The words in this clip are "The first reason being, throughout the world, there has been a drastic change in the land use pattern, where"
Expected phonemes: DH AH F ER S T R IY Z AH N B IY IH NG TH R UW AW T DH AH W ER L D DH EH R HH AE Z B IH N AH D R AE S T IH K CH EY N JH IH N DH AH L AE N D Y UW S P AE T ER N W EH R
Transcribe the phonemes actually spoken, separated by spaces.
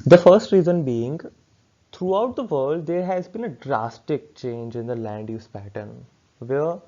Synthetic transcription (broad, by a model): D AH F ER S T R IY Z AH N B IY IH NG T R UW AW T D AH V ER L D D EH R HH AE Z B IH N AH D R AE S T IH K CH EY N JH IH N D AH L AE N D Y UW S P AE T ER N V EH R